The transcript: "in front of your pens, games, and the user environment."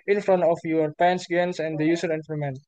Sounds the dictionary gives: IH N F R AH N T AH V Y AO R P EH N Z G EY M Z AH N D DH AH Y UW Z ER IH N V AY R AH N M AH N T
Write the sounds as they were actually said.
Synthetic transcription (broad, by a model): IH N F R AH N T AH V Y AO R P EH N S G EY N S AH N D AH Y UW S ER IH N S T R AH M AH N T